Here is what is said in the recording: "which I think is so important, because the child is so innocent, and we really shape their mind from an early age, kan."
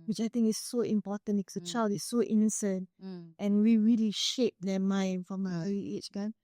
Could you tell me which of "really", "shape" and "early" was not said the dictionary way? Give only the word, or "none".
early